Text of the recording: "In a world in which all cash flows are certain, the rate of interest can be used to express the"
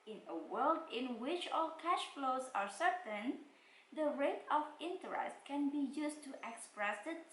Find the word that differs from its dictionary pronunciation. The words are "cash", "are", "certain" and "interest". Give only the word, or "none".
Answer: none